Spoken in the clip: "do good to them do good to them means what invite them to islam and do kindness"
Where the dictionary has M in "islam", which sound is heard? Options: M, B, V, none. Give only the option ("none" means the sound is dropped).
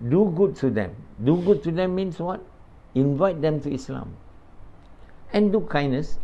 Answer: M